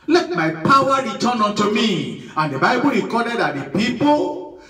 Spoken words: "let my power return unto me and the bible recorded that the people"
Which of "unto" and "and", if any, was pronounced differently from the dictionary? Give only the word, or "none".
unto